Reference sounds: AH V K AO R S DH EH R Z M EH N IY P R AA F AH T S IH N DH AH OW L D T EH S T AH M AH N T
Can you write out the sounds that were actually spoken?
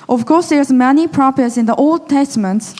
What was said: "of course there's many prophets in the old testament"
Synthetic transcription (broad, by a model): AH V K AO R S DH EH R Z M EH N IY P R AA P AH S IH N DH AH OW L D T EH S T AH M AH N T